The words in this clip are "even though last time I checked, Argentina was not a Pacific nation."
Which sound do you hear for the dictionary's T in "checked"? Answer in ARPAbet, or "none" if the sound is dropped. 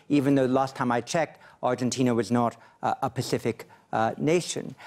T